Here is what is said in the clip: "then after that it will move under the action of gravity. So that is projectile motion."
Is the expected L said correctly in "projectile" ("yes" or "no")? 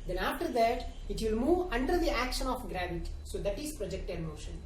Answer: no